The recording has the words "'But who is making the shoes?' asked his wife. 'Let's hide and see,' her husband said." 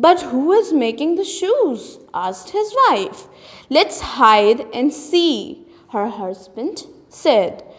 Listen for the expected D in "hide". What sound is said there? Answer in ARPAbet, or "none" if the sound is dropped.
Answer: D